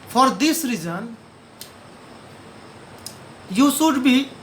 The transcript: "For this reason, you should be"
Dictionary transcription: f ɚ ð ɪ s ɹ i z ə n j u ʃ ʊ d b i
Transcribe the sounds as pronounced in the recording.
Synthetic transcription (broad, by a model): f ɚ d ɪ s ɹ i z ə n j u s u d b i